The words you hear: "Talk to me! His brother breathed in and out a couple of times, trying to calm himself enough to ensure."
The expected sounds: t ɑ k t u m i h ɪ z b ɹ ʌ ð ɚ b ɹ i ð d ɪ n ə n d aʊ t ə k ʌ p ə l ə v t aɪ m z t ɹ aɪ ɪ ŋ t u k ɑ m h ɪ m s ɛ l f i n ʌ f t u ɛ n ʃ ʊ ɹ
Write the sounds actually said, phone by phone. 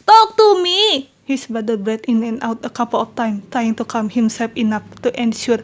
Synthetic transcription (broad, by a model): t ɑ k t u m i h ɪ s b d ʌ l b ɹ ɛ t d ɪ n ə n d aʊ t ə k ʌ p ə l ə f t aɪ m t ɹ aɪ ɪ ŋ t u k ɑ m h ɪ m s ɛ l f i n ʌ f t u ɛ n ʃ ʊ ɹ